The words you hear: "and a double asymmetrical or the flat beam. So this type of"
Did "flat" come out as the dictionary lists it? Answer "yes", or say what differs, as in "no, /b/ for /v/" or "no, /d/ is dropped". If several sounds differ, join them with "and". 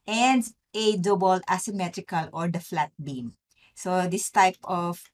yes